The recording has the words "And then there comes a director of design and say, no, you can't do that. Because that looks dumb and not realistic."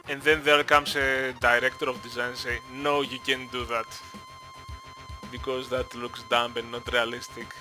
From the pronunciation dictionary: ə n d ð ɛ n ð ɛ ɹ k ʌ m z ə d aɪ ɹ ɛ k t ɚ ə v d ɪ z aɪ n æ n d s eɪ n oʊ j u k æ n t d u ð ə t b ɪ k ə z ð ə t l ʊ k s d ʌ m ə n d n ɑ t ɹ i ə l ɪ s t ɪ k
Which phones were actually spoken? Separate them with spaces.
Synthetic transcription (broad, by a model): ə n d ð ɛ n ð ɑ l k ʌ m s ə d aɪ ɹ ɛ k t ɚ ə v d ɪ z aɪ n n s eɪ n oʊ j u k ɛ n d u ð ə t b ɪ k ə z ð ə t l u k s d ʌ m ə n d n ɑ t ɹ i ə l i s t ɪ k